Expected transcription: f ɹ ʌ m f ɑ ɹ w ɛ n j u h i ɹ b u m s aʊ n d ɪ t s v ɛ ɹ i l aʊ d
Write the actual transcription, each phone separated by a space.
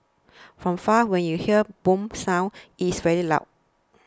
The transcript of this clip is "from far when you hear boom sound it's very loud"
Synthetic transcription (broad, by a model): f ɹ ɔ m f ɑ w ɛ n j u h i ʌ b u m s aʊ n ɪ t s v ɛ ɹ i l aʊ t